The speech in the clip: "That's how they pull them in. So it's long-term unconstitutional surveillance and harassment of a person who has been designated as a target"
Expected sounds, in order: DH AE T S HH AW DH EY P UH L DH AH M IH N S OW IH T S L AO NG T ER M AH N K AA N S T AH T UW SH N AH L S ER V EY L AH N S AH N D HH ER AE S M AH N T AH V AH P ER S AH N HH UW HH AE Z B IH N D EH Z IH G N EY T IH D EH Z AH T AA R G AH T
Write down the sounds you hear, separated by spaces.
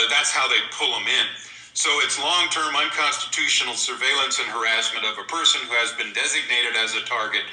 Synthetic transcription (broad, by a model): DH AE T S HH AW DH EY P UH L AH M IH N S OW IH T S L AO NG T ER M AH N K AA N S T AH T UW SH N L S ER V EY L AH N S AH N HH ER AE S M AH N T AH V AH P ER S AH N HH UW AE Z B IH N D EH Z IH G N EY T IH D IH Z AH T AA R G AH T